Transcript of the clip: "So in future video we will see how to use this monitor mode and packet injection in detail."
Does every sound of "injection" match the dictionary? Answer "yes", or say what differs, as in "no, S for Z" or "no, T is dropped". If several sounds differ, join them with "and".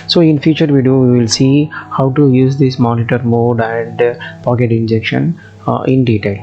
yes